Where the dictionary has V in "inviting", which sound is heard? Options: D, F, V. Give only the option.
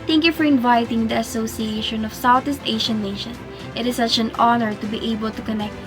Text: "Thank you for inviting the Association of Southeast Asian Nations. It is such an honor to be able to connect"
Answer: V